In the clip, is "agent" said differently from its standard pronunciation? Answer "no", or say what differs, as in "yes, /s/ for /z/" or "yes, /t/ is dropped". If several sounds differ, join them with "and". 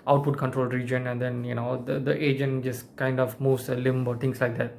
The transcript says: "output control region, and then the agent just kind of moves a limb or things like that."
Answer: no